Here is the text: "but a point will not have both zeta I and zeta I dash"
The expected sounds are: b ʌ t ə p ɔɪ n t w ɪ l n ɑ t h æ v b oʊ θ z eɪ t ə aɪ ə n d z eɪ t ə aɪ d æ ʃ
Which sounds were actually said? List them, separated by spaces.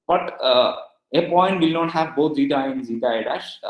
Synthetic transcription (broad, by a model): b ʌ t ə p ɔɪ n t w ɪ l n ɑ t h æ v b oʊ t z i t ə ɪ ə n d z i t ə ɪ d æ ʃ